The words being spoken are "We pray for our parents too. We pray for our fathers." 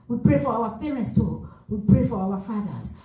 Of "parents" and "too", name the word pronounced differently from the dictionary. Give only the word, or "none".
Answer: none